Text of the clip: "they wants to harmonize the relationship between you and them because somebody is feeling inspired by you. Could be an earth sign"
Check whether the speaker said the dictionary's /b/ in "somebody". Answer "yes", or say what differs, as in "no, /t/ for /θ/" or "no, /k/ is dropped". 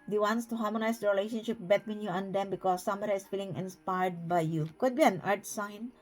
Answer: no, /b/ is dropped